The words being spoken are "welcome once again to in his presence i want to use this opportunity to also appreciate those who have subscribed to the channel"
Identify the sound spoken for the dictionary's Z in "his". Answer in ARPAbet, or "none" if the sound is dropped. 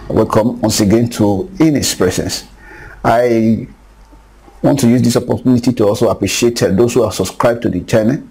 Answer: S